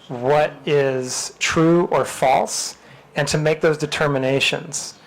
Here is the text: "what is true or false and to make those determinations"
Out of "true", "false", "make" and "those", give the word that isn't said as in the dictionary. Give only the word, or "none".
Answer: none